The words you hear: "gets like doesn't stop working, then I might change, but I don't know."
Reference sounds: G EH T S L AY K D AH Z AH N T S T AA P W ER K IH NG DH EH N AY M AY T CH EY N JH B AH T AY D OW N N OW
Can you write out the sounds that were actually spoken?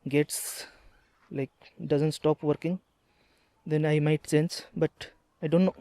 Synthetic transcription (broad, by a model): G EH T S L AY K D AH Z AH N T S T AA P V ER K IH NG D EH N AY M AY T S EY N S B AH T AY D OW N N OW